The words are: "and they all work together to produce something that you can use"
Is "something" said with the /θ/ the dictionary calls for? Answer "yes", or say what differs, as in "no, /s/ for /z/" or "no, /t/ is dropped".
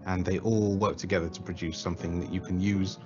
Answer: yes